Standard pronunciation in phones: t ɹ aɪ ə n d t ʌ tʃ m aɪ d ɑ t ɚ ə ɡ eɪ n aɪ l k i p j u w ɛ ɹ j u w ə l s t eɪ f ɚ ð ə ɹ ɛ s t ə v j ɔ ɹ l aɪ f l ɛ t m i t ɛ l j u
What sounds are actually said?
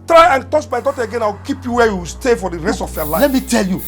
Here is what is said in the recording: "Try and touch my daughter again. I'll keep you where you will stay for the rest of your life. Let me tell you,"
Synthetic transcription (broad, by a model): t ɹ aɪ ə n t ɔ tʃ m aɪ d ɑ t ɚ ə ɡ eɪ n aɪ w k i p j u w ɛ j u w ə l s t eɪ f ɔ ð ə ɹ ɛ s t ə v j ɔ l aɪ l ɛ t m i t ɛ l j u